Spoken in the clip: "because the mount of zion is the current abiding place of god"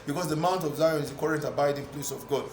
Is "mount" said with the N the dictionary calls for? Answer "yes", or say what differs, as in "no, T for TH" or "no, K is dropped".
yes